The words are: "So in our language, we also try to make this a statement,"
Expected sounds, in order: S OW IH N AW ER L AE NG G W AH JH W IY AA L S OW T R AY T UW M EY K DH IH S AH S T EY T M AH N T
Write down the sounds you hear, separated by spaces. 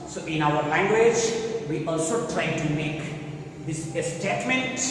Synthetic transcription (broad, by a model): S OW IH N AW ER L AE NG G W AH JH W IY AA L S OW T R AY T UW M EY K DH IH S AH S T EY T M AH N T